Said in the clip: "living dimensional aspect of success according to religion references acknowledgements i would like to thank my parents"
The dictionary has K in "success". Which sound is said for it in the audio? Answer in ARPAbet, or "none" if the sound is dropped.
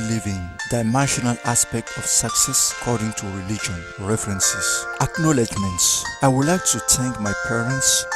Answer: K